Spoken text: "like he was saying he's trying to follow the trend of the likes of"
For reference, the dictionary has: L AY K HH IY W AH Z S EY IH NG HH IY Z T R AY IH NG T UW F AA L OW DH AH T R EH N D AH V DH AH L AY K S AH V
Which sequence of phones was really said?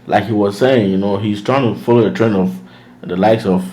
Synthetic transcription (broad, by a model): L AY K HH IY W AH Z S EY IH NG HH IY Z T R AY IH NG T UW F AA L OW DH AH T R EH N AH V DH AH L AY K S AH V